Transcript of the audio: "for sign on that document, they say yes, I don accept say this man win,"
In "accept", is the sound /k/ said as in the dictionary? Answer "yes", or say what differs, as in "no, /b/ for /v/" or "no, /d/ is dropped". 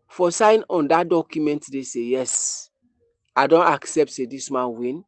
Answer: yes